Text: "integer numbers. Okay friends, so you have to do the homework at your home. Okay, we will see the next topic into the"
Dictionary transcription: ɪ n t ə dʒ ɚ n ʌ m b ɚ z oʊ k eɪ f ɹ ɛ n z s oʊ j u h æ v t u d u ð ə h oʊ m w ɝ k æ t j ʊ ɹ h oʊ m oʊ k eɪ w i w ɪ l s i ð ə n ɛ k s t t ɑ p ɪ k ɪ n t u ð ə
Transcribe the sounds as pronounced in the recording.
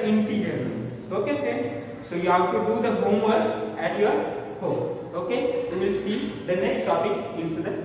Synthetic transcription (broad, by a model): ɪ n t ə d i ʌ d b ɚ oʊ k eɪ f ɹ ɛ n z s oʊ j u h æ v t u d u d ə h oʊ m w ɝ k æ t j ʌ ɹ h oʊ m oʊ k eɪ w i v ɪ l s i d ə n ɛ k s t t ɑ p ɪ k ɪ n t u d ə